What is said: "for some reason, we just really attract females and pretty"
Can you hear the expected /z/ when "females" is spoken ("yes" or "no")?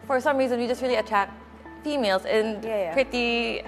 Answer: yes